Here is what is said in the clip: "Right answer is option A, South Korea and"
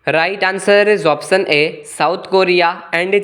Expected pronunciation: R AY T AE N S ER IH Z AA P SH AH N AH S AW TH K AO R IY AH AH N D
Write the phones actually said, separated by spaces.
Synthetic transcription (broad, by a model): R AY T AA N S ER IH Z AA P S AH N AH S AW T K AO R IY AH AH N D